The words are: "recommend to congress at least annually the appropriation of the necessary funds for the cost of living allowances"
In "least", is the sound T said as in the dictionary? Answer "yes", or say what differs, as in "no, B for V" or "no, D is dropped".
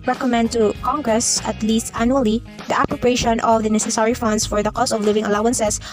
yes